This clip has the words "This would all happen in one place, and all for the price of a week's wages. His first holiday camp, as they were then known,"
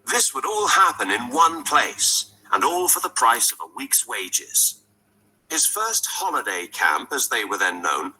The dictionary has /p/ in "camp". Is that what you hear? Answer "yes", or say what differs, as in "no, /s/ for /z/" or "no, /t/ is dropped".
yes